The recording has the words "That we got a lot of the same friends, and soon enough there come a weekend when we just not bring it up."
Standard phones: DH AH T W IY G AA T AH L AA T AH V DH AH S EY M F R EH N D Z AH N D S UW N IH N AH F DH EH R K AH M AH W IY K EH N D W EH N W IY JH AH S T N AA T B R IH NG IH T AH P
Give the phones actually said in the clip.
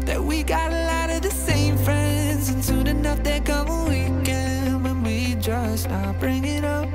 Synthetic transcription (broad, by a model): DH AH T W IY G AA T AH L AA T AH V DH AH S EY M F R EH N D Z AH N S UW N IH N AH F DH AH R K AH M AH W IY K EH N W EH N W IY JH AH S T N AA B R IH NG IH T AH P